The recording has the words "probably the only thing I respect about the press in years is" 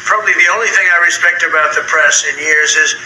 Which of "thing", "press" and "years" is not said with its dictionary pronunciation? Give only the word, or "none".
none